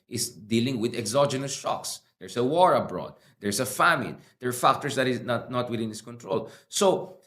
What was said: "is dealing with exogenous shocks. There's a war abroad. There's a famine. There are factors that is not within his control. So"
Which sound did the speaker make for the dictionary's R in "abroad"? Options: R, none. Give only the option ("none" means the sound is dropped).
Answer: R